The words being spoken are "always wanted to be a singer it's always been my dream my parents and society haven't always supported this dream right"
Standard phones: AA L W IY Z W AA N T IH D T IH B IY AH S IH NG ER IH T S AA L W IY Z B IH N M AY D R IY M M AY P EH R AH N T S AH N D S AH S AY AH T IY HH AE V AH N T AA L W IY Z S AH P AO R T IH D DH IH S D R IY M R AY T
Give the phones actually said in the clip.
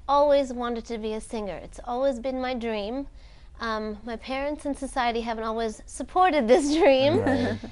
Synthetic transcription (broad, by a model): AA L W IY Z W AA N T IH D T IH B IY AH S IH NG ER IH T S AA L W IY Z B IH N M AY D R IY M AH AY P EH R AH N T S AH N S AH S AY AH T IY HH AE V AH N T AA L W IY Z S AH P AO R T IH D DH IH S D R IY M